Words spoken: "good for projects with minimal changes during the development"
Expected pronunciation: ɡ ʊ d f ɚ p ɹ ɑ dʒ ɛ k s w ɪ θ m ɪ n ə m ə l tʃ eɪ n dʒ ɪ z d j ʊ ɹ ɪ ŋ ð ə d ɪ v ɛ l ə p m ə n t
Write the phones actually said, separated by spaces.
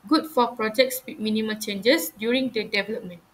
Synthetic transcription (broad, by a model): ɡ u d f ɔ p ɹ ɑ dʒ ɛ k s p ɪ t m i n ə m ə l tʃ eɪ n dʒ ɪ s d j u ɹ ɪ ŋ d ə d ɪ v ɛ l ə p m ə n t